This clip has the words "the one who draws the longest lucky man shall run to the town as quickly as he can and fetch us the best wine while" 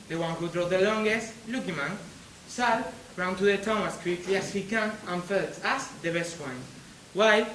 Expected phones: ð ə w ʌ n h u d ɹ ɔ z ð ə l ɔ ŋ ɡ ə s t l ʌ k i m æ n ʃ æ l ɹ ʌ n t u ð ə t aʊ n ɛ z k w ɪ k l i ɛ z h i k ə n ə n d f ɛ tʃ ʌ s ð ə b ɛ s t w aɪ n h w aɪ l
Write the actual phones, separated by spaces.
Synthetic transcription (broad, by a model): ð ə w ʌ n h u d ɹ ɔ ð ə l ɔ ŋ ɡ ə s t l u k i m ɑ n s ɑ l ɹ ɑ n t u ð ə t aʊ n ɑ s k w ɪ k l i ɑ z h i k ə n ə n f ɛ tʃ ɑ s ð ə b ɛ s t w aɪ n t w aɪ